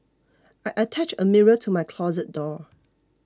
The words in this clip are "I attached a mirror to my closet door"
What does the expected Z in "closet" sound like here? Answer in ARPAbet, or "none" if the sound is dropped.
Z